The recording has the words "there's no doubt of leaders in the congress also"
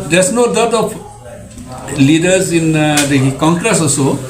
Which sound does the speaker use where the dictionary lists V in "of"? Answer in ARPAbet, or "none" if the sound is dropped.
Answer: P